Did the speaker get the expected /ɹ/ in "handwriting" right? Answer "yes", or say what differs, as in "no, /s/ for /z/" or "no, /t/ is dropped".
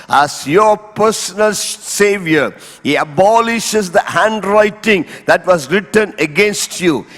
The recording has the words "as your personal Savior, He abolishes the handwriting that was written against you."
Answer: yes